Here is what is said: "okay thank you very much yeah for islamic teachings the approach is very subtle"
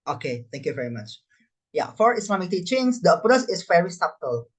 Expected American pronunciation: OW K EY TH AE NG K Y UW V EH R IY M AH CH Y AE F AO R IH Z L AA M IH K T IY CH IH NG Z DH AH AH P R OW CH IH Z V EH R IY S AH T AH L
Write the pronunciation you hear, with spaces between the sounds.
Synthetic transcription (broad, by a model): OW K EY T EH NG K Y UW V EH R IY M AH CH Y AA F AO R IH S L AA M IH K T IY CH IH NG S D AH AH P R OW S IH S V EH R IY S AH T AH L